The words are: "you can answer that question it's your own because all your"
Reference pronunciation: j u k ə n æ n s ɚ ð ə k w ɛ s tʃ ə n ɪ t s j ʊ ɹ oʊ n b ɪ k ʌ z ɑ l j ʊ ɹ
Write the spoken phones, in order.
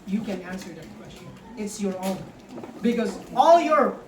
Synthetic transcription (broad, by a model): j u k ə n æ n s ɚ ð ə k w ɛ s tʃ ə n ɪ t s j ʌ ɹ oʊ n b ɪ k ʌ z ɑ l j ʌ ɹ